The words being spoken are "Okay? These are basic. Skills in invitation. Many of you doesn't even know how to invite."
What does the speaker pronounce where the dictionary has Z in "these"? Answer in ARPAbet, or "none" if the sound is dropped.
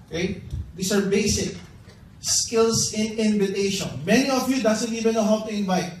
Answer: S